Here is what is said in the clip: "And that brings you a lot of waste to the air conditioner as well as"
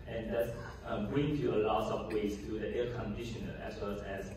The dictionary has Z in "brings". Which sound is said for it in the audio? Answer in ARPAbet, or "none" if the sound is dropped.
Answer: none